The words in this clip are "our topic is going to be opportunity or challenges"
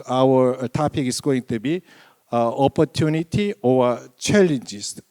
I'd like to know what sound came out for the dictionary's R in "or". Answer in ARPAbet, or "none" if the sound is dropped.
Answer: W